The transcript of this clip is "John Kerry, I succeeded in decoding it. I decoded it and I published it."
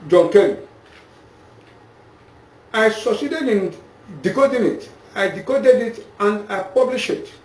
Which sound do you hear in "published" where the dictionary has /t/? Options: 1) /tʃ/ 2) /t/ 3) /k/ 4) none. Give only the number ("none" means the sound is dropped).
4